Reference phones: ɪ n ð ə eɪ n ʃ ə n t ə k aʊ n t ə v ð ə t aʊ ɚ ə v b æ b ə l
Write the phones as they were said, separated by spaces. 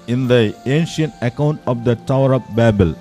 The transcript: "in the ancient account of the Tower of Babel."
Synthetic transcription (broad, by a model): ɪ n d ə eɪ n ʃ ə n t ə k aʊ n t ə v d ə t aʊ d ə p b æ b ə l